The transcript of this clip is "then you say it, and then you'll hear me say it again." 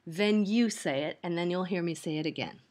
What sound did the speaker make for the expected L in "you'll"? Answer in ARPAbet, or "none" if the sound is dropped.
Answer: L